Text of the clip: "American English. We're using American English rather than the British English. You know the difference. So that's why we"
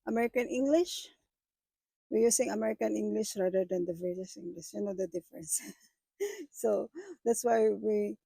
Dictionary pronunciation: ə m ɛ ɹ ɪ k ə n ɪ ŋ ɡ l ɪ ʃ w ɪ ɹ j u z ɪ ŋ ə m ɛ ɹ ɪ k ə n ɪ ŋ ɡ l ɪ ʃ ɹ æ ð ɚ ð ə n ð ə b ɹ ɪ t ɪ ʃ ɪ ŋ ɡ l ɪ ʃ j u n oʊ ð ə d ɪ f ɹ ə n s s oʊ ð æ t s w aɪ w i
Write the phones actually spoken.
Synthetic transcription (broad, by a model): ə m ɛ ɹ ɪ k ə n ɪ ŋ ɡ l ɪ ʃ w ɪ ɹ j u s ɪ ŋ ə m ɛ ɹ ɪ k ə n ɪ ŋ ɡ l ɪ ʃ ɹ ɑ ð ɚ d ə n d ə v ɹ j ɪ s ɪ ŋ ɡ l ɪ ʃ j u n oʊ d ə d ɪ f ɹ ə n s s oʊ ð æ t s w aɪ w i